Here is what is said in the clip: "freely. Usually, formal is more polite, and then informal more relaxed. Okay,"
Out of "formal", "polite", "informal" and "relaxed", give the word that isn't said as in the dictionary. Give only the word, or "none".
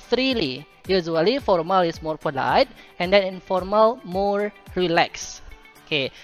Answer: relaxed